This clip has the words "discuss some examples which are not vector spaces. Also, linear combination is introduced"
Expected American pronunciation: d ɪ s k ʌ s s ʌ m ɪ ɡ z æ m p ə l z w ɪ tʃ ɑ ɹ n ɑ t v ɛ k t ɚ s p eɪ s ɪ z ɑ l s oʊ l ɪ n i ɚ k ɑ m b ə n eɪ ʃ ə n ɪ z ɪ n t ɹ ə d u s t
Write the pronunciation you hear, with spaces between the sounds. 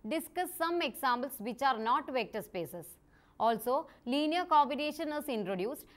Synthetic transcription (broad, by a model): d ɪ s k ʌ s s ʌ m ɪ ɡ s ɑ m b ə l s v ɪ tʃ ɑ ɹ n ɑ t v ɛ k t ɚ s p eɪ s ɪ s ɑ l s oʊ l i n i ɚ k ɑ m b ə n eɪ ʃ ə n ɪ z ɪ n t ɹ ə d u s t